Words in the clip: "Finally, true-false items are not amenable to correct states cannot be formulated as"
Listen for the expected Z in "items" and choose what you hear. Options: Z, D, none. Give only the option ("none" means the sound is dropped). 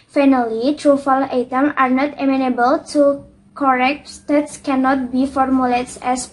none